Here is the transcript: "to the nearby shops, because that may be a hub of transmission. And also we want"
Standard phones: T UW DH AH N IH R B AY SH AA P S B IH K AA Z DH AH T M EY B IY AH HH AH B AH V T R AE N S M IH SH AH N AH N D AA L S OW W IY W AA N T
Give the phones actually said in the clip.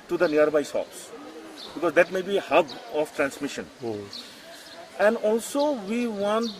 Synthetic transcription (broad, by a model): T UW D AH N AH R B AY S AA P S B IH K AA Z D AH T M EY B IY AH HH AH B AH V T R AE N S M IH SH AH N AH N D AA L S OW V IY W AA N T